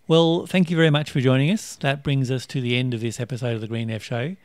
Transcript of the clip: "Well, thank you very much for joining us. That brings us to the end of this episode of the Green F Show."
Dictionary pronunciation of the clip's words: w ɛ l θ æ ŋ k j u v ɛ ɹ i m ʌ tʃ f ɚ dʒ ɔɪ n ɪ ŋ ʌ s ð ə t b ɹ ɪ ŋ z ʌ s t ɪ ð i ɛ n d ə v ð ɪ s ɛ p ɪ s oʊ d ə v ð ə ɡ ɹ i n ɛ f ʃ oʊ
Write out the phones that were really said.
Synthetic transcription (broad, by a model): w ɛ l θ æ ŋ k j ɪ v ɛ ɹ i m ʌ tʃ f ɚ dʒ ɔɪ n ɪ ŋ ʌ s ð ə t b ɹ ɪ ŋ z ʌ s t ɪ ð i ɛ n d ə v ð ɪ s ɛ p ɪ s oʊ d ə v ð ə ɡ ɹ i n ɛ f ʃ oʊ